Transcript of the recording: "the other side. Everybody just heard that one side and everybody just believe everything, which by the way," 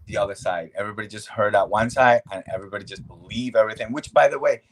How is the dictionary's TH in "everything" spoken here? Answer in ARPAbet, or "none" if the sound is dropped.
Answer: TH